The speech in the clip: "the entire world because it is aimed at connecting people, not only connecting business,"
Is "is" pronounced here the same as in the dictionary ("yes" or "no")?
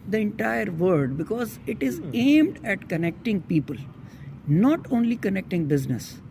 yes